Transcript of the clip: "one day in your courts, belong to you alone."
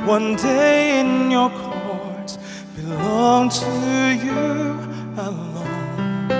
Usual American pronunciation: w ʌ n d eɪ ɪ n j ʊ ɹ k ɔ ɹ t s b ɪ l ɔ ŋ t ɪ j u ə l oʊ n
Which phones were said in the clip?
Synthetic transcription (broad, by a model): w ʌ n d eɪ ɪ n j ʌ ɹ k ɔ ɹ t b ɪ l ɔ ŋ t ɪ j u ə l oʊ n